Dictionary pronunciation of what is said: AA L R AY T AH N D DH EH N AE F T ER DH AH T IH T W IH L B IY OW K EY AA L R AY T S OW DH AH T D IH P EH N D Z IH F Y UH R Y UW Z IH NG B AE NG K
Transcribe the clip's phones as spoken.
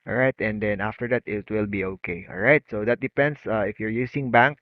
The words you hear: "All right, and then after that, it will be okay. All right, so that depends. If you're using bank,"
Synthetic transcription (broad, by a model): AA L R AY T AH N D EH N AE F T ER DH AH T IH T W IH L B IY OW K EY AA L R AY T S OW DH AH T D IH P EH N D S IH F Y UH R Y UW S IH NG B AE NG K